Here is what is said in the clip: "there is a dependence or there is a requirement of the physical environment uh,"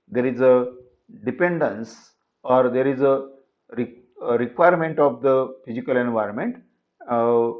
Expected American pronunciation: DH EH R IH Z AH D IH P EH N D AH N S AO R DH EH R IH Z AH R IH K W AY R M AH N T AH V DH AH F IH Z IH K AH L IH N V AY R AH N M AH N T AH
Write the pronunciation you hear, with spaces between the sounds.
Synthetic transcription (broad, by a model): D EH R IH Z AH D IH P EH N D AH N S AO R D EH R IH Z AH R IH K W AY R M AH N T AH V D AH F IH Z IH K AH L IH N V AY R AH N M AH N T